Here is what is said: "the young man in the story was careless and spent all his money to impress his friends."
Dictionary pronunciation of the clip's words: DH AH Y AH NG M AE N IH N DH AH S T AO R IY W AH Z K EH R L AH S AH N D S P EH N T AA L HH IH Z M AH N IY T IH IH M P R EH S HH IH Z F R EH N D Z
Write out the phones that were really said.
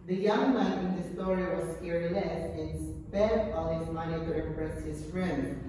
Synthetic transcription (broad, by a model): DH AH Y AH NG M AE IH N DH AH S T AO R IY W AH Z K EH R N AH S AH N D S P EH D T AA L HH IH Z M AH N IY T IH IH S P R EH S HH IH Z F R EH N D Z